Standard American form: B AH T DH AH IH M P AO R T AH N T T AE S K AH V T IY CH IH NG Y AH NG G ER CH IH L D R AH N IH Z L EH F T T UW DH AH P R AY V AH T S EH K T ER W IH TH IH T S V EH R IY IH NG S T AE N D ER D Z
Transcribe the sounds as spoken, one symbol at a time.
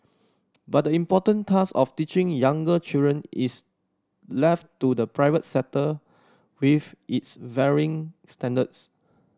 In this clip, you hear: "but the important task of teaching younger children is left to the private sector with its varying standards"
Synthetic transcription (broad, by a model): B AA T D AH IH M P AO T AH N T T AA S AH F T IY CH IH NG Y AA NG G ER CH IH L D R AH N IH S L EH F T T UW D AH P R AY V AH T S EH T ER W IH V IH T S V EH R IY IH NG S T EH N D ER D S